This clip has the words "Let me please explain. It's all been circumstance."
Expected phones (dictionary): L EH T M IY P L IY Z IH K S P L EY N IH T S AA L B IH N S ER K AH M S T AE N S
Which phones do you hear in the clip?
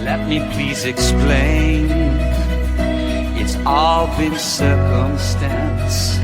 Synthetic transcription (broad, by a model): L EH T M IY P L IY Z IH K S P L EY N IH T S AA L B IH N S ER K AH M S T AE N S